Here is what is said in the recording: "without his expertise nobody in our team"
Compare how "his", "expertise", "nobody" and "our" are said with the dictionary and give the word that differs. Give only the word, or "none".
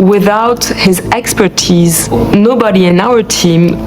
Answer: none